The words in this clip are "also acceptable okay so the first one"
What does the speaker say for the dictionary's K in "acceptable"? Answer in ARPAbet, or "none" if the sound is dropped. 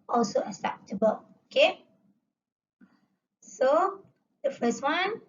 none